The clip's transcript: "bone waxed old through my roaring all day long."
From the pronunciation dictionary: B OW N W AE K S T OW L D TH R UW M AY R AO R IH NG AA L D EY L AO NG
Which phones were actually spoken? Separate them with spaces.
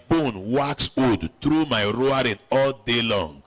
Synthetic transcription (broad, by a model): B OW N W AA K S OW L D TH R UW M AY R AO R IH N AA L D EY L AO NG